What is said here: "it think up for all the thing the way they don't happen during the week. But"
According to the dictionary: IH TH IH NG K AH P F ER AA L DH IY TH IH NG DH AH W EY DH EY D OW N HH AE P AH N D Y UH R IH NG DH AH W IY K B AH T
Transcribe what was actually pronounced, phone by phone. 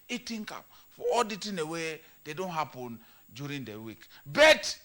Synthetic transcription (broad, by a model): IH T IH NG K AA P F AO AA L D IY T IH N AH W EY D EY D OW N HH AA P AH N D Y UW R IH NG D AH W IY K B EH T